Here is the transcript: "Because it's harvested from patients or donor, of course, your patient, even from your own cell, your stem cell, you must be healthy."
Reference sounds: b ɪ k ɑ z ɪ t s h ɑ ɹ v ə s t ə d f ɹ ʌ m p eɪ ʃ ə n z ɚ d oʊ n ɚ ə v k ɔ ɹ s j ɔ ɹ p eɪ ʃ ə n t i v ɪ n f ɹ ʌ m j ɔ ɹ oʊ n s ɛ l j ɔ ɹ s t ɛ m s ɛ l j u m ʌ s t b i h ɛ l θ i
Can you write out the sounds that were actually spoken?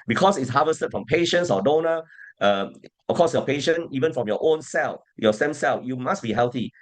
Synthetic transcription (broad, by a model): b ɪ k ɑ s ɪ t s h ɑ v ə s t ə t f ɹ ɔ m p eɪ ʃ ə n s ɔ d oʊ n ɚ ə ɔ k ɔ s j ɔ p eɪ ʃ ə n i v ɪ n f ɹ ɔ m j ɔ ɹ oʊ n s ɛ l j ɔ s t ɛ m s ɛ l j u m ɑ s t b i h ɛ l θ i